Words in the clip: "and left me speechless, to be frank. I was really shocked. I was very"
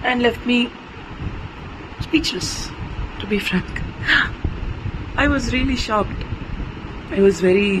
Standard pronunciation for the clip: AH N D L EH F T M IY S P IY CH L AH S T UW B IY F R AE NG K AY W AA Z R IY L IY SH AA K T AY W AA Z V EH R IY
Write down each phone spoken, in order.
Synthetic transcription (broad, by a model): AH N D L EH F T M IY S P IY CH L AH S T UW B IY F R AE NG K AY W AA Z R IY L IY SH AA K T AY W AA Z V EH R IY